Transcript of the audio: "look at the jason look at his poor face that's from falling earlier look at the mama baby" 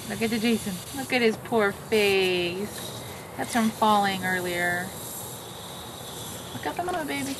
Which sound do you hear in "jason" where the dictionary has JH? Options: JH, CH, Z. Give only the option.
JH